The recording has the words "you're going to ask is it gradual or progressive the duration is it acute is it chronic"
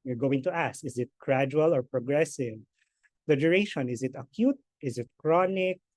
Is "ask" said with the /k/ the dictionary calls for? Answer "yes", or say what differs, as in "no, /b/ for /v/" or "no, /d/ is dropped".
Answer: no, /k/ is dropped